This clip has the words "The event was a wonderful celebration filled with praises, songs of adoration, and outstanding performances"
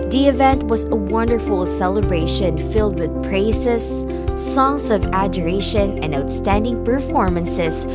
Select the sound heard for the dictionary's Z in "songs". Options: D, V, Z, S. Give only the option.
S